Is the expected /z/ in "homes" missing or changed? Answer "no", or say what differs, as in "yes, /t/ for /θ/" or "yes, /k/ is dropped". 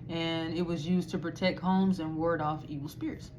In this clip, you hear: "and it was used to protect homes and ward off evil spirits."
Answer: no